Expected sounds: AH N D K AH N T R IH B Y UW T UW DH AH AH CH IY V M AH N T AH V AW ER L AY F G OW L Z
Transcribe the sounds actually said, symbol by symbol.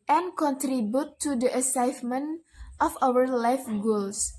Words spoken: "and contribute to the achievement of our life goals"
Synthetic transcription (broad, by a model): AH N K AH N T R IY B Y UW T UW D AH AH S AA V M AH N T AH F AW ER L AY F G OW L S